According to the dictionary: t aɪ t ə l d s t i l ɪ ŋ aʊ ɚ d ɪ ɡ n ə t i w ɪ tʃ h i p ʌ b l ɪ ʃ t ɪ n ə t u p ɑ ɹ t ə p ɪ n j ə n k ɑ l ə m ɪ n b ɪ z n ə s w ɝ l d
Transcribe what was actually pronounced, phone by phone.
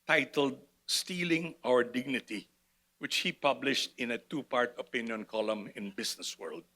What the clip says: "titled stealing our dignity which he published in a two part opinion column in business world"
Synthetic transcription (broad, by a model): t aɪ t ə l d s t i l ɪ ŋ aʊ ɚ d ɪ ɡ n ə t i w ɪ tʃ h i p ʌ b l ɪ ʃ t ɪ n ə t u p ɑ ɹ t ə p ɪ n j ə n k ɑ l ə m ɪ n b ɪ s n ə s w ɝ l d